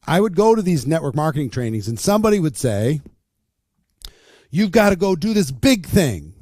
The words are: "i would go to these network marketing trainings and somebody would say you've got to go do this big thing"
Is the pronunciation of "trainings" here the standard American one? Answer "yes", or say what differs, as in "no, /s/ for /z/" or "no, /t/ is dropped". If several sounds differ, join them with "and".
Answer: yes